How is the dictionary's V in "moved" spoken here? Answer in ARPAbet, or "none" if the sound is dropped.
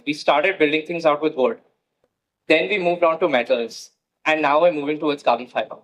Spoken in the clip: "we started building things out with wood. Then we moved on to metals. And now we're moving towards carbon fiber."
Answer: V